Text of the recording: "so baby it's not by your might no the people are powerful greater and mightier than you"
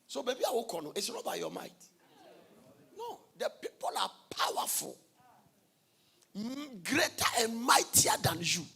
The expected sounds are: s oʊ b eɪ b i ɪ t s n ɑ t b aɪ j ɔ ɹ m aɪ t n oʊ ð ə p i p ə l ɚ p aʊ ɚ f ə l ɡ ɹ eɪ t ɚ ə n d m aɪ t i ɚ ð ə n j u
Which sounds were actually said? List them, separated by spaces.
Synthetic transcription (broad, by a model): s oʊ b eɪ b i ɪ t s n ɑ t b aɪ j ɔ m aɪ t n oʊ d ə p i p ə l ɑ p aʊ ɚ f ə l ɡ ɹ eɪ t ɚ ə n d m aɪ t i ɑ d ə n j u